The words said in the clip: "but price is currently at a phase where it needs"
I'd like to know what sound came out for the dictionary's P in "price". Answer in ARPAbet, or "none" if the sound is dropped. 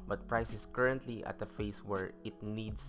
P